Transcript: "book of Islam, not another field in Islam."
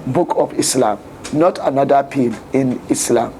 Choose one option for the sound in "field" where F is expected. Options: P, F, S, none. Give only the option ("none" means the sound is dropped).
P